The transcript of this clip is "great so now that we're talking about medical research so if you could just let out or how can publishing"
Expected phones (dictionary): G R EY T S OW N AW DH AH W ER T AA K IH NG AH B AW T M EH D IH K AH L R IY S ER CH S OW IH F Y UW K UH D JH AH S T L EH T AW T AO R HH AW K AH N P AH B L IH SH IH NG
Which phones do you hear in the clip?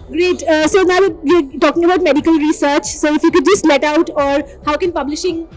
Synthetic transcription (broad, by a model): G R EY T S OW N AW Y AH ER T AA K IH NG AH B AW T M EH D IH K AH L R IY S ER CH S OW IH F Y UW K UH D JH AH S T L EH T AW T AO R HH AW K AH N P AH B L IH SH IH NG